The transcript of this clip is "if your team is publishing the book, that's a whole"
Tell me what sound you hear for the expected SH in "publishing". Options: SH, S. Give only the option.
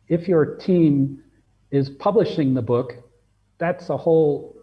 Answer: SH